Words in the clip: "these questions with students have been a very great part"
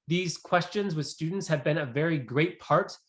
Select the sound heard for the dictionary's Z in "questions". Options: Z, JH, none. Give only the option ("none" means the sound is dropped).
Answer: Z